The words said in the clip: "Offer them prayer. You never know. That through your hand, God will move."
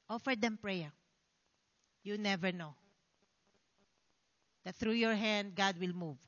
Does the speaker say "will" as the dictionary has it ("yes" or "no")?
yes